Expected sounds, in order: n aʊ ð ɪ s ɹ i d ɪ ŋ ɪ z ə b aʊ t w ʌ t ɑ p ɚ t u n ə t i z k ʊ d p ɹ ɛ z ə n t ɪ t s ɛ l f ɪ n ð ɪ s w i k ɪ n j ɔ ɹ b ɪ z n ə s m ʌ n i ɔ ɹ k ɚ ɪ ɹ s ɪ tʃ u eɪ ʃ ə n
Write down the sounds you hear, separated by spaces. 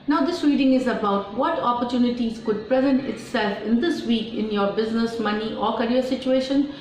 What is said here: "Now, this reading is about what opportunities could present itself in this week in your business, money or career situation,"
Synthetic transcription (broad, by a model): n aʊ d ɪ s ɹ i d ɪ ŋ ɪ z ə b aʊ t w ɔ t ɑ p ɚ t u n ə t i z k ʊ d p ɹ ɛ z ə n t ɪ t s ɛ l f ɪ n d ɪ s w i k ɪ n j ɔ ɹ b ɪ z n ə s m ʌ n i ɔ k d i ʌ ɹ s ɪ tʃ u eɪ ʃ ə n